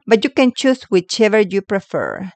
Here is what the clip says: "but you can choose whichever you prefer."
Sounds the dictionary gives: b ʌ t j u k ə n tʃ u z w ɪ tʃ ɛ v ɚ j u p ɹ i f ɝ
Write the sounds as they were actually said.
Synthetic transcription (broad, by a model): b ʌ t j u k ə n tʃ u s w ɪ tʃ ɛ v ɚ j u p ɹ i f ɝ